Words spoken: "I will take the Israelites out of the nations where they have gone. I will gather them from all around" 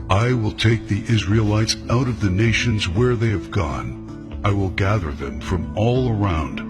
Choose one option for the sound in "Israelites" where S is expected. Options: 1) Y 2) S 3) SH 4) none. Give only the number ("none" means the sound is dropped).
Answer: 2